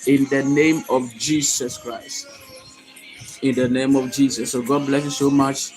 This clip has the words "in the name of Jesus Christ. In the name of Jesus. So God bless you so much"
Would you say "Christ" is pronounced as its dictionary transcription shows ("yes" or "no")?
yes